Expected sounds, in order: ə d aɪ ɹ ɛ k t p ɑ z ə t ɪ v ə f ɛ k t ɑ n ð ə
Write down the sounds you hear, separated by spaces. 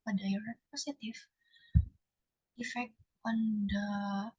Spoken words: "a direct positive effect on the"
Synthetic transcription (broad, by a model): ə d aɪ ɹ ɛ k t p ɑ s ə t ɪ f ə f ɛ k ɑ n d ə